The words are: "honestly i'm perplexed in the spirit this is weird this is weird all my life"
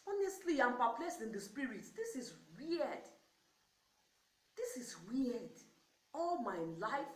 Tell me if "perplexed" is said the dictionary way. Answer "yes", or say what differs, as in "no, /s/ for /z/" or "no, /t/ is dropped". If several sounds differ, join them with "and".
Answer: no, /k/ is dropped